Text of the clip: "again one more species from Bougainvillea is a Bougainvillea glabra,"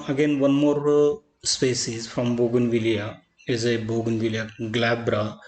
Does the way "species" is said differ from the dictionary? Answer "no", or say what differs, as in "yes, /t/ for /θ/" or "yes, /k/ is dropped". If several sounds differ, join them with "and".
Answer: yes, /s/ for /ʃ/